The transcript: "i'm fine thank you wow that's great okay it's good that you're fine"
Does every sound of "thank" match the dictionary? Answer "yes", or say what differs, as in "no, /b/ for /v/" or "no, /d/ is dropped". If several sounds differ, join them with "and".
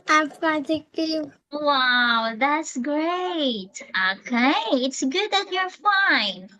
no, /ŋ/ is dropped